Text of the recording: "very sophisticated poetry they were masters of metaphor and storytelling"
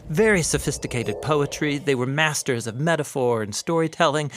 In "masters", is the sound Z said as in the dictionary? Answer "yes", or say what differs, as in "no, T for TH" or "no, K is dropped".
yes